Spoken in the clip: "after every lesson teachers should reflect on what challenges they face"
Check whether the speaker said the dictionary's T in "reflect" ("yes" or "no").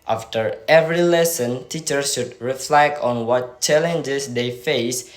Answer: no